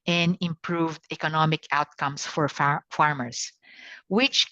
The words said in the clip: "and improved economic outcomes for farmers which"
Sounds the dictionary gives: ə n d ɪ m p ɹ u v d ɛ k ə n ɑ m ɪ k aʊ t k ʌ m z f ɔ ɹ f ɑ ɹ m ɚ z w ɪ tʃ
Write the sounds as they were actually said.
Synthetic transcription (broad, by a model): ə n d ɪ m p ɹ u v d ɛ k ə n ɑ m ɪ k aʊ t k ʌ m s f ɔ ɹ f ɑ ɹ m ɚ s w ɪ tʃ